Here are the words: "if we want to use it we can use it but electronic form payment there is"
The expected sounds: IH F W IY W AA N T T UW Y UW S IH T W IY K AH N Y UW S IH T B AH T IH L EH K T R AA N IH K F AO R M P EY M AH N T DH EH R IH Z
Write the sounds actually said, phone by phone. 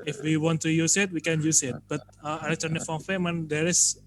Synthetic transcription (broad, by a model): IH F W IY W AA N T T UW Y UW S IH T W IY K AH N Y UW S IH T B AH T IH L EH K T AA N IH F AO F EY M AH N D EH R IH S